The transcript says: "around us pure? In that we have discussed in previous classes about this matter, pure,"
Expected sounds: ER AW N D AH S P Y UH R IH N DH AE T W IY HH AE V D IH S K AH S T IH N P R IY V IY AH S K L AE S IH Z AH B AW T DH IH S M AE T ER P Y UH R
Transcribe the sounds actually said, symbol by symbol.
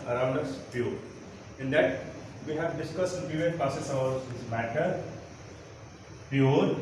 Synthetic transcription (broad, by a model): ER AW N D AH S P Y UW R IH N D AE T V IY HH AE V D IH S K AH S T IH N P IY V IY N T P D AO S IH S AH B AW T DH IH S M AE T ER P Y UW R